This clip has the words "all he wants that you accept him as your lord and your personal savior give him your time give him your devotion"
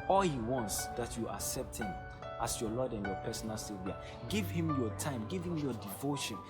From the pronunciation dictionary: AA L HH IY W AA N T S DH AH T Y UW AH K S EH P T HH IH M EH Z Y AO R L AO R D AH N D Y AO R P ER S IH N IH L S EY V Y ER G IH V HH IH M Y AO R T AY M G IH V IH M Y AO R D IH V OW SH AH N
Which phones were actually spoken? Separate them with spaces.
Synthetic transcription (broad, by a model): AA L HH IY W AA N T S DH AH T Y UW AH K S EH P T HH IH M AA S Y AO L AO D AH N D Y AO P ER S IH N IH L S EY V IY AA G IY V HH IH M Y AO T AY M G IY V IH M Y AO D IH V OW SH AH N